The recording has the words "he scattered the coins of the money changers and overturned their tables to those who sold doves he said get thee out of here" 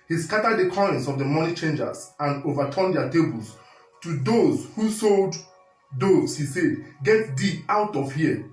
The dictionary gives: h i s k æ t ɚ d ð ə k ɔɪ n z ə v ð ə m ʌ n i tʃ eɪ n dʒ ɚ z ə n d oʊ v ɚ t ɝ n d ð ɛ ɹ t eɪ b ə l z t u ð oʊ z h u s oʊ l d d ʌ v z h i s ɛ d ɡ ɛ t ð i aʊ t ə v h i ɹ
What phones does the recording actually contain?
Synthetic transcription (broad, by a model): h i s k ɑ t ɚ d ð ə k ɔɪ n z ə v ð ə m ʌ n i tʃ eɪ n dʒ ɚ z ə n d oʊ v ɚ t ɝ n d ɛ t eɪ b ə l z t u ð oʊ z h u s oʊ l d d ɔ z h i s ɛ d ɡ ɛ t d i aʊ t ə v h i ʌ